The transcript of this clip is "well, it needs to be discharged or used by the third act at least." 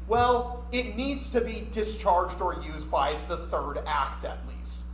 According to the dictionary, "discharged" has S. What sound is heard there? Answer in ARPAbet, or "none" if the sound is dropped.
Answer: S